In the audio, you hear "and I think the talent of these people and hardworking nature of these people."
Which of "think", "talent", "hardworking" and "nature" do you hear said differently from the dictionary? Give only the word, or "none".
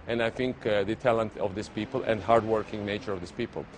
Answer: none